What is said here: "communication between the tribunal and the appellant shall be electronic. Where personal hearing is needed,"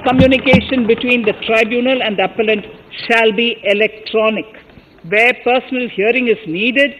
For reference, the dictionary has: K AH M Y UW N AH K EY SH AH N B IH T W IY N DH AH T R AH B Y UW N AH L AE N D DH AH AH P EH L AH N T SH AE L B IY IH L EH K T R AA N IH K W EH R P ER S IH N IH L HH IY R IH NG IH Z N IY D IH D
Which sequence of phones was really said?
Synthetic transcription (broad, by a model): K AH M Y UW N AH K EY SH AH N B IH T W IY N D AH T R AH B Y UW N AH L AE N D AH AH P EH L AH N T SH AE L B IY IH L EH K T R AA N IH K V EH R P ER S IH N IH L HH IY R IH NG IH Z N IY D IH D